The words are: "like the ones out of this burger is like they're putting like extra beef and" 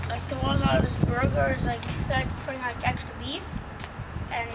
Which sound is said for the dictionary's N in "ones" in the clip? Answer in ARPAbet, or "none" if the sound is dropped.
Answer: none